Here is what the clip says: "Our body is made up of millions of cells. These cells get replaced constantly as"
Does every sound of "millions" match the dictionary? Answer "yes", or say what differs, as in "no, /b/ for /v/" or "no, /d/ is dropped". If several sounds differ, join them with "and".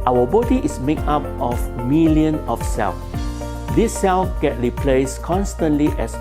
no, /z/ is dropped